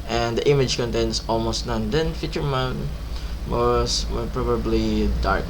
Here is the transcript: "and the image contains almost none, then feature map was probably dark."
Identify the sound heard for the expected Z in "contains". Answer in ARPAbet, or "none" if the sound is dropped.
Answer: S